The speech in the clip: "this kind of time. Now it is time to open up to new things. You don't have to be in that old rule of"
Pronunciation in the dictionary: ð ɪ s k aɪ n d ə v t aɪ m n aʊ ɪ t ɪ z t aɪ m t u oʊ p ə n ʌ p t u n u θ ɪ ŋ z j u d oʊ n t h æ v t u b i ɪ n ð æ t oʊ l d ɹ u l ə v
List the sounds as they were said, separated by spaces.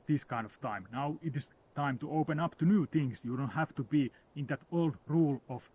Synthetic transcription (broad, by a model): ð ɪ s k aɪ n d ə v t aɪ m n aʊ ɪ t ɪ s t aɪ m t u oʊ p ə n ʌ p t u n u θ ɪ ŋ s j u d oʊ n t h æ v t u b i ɪ n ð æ t oʊ l d ɹ u l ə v